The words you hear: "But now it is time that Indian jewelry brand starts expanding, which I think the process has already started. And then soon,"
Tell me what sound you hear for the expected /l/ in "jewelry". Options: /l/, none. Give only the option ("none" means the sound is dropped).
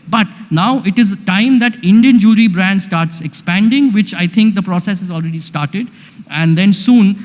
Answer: none